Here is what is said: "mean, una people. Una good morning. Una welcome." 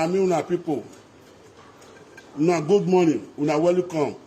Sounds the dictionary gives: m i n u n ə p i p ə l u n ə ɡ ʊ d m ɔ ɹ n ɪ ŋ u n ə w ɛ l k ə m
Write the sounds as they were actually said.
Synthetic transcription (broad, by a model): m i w u n ə p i p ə w u n ə ɡ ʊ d m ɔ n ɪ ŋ u n ə w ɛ l k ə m